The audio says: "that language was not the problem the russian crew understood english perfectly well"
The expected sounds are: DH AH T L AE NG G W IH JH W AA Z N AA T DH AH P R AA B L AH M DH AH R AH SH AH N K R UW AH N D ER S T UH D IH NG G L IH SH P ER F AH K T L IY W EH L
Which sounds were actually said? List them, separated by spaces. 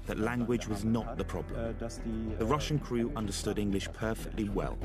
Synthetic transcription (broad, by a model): DH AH T L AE NG G W IH JH W AA Z N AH T DH AH P R AA B L AH M DH AH R AH SH AH N K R UW AH N D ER S T UH D IH NG G L IH SH P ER F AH K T L IY W EH L